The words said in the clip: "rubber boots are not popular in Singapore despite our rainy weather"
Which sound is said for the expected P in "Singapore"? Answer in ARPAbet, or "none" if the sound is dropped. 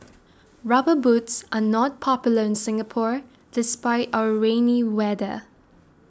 P